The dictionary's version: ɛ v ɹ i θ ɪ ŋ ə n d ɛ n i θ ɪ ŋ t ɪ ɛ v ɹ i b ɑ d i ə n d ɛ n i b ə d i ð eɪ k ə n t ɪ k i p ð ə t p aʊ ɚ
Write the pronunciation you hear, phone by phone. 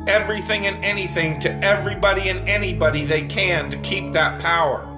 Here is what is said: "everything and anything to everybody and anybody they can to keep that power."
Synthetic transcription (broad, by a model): ɛ v ɹ i θ ɪ ŋ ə n ɛ n i θ ɪ ŋ t ɪ ɛ v ɹ i b ɑ d i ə n ɛ n i b ə d i ð eɪ k ə n t ɪ k i p ð ə t p aʊ ɚ